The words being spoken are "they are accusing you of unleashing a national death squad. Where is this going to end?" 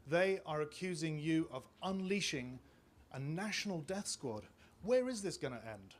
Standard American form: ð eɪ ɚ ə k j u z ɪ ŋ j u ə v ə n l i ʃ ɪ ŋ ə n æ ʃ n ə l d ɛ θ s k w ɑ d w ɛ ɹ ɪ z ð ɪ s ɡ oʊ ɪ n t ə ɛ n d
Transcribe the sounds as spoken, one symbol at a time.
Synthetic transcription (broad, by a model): ð eɪ ɚ ə k j u z ɪ ŋ j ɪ ə v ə n l i ʃ ɪ ŋ ə n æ ʃ n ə l d ɛ θ s k w ɑ d w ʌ ɹ ɪ z ð ɪ s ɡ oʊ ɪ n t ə ɛ n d